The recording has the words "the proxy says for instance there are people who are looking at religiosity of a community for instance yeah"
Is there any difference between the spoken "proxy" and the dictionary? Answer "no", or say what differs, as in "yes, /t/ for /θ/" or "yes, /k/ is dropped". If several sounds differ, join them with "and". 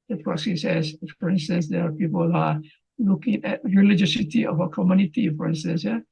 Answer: yes, /k/ is dropped